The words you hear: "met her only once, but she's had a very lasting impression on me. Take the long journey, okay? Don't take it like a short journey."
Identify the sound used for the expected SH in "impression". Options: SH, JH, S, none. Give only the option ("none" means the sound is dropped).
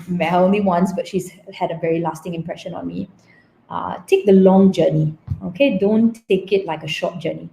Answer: SH